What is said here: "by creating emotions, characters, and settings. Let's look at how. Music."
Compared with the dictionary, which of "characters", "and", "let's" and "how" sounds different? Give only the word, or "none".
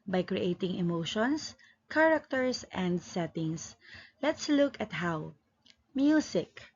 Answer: characters